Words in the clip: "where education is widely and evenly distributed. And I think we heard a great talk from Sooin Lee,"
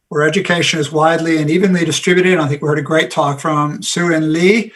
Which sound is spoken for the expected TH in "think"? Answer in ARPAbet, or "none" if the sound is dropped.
TH